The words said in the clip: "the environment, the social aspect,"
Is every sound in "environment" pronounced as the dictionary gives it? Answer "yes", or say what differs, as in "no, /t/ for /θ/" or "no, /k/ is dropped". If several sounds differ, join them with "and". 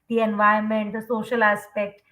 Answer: no, /ɹ/ is dropped